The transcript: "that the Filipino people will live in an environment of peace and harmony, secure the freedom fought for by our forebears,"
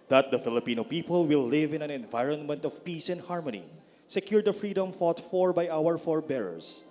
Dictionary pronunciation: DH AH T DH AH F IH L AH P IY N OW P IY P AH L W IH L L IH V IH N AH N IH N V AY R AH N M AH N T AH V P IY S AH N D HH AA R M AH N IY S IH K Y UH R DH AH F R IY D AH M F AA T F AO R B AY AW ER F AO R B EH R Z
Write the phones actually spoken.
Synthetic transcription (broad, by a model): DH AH T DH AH F IH L AH P IY N OW P IY P AH L W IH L L IH V IH N AH N IH N V AY R AH N M AH N T AH V P IY S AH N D HH AA R M AH N IY S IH K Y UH R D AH F R IY D AH M F AA T F AO R B AY AW ER F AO R B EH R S